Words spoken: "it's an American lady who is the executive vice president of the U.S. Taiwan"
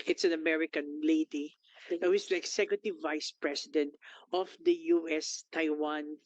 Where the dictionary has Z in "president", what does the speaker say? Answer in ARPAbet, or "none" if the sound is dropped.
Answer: S